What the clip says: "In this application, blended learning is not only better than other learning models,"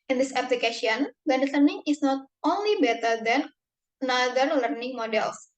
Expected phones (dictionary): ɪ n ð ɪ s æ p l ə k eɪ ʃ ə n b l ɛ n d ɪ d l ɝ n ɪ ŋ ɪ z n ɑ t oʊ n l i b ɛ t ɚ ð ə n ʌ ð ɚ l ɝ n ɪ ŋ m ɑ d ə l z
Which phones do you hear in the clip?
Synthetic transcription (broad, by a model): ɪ n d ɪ s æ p l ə k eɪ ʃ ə n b ɛ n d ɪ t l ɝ n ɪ ŋ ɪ s n ɑ t oʊ n l i b ɛ t ɚ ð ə n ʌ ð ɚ l ɝ n ɪ ŋ m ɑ d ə l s